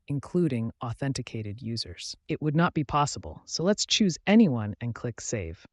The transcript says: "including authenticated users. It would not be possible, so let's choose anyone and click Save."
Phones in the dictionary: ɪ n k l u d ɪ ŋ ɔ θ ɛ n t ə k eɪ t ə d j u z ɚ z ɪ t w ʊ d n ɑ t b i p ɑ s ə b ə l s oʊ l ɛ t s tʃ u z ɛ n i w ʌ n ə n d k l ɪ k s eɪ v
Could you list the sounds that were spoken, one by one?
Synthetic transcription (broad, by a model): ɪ n k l u d ɪ ŋ ɔ θ ɛ n t ə k eɪ t ə d j u z ɚ z ɪ t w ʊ d n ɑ t b i p ɑ s ə b ə l s oʊ l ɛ t s tʃ u z ɛ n i w ʌ n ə n k l ɪ k s eɪ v